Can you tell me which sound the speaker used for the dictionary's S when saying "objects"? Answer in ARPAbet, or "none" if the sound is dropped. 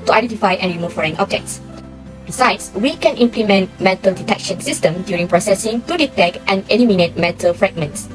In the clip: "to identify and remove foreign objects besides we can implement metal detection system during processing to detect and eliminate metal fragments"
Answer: S